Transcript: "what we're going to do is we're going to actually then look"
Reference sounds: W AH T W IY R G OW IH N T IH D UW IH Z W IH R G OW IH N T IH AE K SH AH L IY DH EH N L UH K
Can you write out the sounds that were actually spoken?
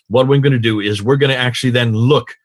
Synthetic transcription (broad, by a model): W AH T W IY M G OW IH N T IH D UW IH Z W IH R G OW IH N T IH AE K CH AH L IY DH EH N L UH K